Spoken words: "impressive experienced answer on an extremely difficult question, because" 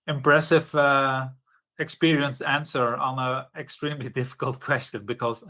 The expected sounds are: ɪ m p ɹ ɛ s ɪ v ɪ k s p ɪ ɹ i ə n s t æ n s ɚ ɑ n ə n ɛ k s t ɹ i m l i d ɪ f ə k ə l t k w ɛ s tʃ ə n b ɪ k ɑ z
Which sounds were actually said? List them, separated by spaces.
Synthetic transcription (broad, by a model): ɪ m p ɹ ɛ s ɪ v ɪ k s p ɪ ɹ i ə n s æ n s ɚ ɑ n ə ɛ k s t ɹ i m l i d ɪ f ə k ə l t k w ɛ s tʃ ə n b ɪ k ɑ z